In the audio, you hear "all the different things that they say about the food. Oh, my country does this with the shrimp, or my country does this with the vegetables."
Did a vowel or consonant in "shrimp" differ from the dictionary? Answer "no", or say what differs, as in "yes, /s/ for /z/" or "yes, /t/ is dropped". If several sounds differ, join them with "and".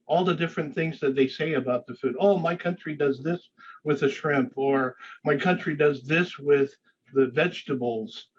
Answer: no